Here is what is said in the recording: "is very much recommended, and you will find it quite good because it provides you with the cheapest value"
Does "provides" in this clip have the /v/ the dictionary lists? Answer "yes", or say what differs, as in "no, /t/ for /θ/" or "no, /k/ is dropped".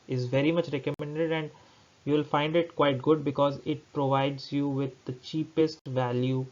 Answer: yes